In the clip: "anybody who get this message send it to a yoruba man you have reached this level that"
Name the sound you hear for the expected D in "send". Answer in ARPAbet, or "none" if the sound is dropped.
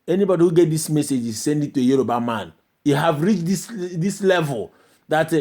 D